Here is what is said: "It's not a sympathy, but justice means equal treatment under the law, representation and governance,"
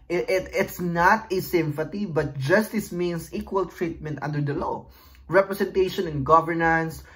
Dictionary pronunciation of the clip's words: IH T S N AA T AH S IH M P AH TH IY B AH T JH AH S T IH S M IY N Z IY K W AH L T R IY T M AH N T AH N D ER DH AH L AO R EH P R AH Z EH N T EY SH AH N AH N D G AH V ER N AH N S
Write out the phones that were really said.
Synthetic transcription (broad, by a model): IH T S N AA T AH S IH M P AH T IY B AH T JH AH S T IH S M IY N S IY K W AH L T R IY T M AH N T AH N D ER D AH L AO R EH P R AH S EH N T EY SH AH N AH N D G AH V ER N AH N S